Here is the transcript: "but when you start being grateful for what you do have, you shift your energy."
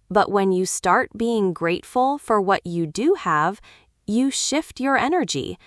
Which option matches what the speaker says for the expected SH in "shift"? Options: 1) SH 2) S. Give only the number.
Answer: 1